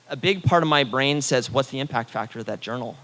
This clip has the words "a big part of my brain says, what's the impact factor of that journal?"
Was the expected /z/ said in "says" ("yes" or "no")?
yes